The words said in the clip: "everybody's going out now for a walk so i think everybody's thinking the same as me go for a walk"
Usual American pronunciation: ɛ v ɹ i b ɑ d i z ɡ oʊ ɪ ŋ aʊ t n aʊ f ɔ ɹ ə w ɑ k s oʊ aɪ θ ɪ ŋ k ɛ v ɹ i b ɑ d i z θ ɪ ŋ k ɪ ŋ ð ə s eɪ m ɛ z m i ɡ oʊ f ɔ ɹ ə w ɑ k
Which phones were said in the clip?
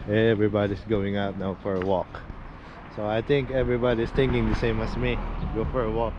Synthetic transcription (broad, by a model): ɛ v ɹ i b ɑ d i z ɡ oʊ ɪ ŋ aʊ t n aʊ f ɔ ɹ ə w ɑ k s oʊ aɪ t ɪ ŋ k ɛ v ɹ i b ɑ d i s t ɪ ŋ k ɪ ŋ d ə s eɪ m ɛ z m i ɡ oʊ f ɔ ɹ ə w ɑ k